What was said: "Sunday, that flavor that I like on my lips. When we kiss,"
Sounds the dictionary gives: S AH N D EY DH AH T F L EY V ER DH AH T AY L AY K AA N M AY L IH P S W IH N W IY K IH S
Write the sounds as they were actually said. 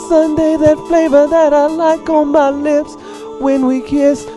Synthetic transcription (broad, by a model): S AH N D EY DH AH T F L EY V ER DH AH T AY L AY K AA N M AY L IH P S W IH N W IY K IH S